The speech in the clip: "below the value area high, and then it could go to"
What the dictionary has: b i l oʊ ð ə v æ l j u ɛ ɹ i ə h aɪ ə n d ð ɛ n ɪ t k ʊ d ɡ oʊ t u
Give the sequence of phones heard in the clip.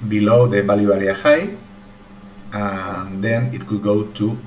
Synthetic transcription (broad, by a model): b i l oʊ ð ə b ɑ l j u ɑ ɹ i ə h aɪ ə n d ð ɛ n ɪ t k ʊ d ɡ oʊ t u